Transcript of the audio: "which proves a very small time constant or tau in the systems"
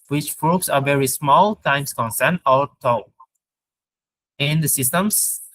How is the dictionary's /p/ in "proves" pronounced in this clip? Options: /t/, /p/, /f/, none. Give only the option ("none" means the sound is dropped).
/f/